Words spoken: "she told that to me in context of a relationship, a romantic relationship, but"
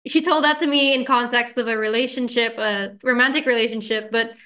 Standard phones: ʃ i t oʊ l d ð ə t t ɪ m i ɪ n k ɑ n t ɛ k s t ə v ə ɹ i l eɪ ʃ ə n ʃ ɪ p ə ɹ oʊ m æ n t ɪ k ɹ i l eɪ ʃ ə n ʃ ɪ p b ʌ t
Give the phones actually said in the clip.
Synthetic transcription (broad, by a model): ʃ i t oʊ l d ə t t ɪ m i ɪ n k ɑ n t ɛ k s t ə v ə ɹ i l eɪ ʃ ə n ʃ ɪ p ə ɹ oʊ m æ n t ɪ k ɹ i l eɪ ʃ ə n ʃ ɪ p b ʌ t